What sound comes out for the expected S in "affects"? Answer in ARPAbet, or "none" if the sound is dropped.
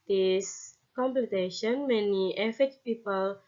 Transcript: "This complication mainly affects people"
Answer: none